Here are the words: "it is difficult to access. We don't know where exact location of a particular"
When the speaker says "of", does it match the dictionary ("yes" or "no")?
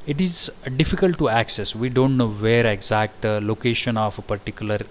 no